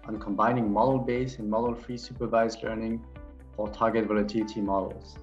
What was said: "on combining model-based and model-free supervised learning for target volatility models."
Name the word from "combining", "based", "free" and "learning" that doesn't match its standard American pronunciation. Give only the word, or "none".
based